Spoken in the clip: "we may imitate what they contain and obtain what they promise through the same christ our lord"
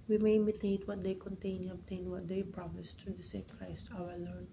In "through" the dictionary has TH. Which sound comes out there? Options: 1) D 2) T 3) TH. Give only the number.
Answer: 2